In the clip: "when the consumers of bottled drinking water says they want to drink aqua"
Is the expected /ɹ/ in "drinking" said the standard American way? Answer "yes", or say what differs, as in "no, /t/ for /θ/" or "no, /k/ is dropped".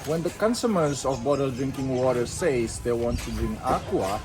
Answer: yes